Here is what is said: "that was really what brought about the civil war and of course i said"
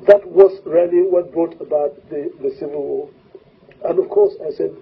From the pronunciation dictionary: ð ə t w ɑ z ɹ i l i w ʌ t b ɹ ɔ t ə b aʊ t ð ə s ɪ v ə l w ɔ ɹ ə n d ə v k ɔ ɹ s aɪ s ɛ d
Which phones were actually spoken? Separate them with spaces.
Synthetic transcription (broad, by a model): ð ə t w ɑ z ɹ i l i w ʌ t b ɹ ɔ t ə b aʊ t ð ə s ɪ v ə l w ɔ l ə n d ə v k ɔ ɹ s aɪ s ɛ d